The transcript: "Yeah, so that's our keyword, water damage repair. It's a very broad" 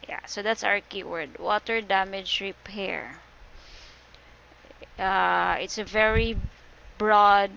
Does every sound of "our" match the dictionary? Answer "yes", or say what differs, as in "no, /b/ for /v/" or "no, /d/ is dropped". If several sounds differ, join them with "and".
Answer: yes